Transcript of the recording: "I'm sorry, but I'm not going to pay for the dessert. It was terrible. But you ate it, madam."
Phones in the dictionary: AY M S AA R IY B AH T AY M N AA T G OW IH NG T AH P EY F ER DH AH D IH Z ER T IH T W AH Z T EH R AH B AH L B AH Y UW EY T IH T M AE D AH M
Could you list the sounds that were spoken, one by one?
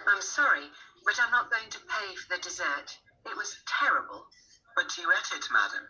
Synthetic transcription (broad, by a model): AY M S AA R IY B AH T AY M N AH T G OW IH NG T AH P EY F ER DH AH D IH Z ER T IH T W AH Z T EH R AH B AH L B AH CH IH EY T IH T M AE D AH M